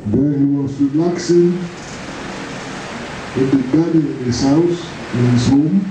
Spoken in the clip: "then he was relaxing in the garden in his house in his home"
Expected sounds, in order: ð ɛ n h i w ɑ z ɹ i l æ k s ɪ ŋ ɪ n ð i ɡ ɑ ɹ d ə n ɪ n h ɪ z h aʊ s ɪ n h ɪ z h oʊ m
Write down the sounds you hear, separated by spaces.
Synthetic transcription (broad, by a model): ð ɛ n h i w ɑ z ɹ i l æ k s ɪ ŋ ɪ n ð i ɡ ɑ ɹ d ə ɪ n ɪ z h aʊ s ɪ n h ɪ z h oʊ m